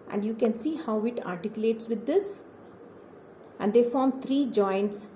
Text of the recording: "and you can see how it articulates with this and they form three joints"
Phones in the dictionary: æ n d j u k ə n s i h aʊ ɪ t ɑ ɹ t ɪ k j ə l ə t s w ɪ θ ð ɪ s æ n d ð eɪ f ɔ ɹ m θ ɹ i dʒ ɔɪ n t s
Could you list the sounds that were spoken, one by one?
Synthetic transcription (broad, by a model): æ n d j u k ə n s i h aʊ ɪ t ɑ ɹ t ɪ k j ə l ə t s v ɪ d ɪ s æ n d eɪ f ɔ ɹ m t ɹ i dʒ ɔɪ n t s